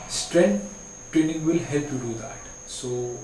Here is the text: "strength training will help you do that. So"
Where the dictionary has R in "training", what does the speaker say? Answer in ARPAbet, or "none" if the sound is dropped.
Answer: R